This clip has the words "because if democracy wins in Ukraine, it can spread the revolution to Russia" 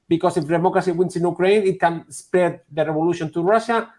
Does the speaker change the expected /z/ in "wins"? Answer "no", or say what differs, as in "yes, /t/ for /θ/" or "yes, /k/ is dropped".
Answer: yes, /s/ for /z/